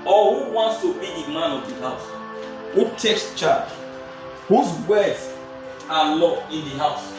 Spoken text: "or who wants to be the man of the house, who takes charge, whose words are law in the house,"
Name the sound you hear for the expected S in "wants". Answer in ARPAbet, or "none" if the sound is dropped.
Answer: S